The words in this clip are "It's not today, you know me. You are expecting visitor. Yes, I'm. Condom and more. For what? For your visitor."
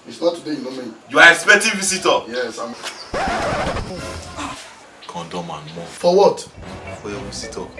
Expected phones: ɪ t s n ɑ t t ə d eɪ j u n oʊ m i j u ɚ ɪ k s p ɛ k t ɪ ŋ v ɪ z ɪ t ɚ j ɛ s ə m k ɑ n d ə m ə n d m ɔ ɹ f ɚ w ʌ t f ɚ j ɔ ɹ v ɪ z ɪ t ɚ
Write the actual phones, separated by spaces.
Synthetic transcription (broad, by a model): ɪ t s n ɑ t t ə d eɪ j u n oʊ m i j u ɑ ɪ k s p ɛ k t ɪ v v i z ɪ t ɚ j ɛ s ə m k ɑ n d ə m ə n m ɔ f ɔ w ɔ t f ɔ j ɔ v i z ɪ t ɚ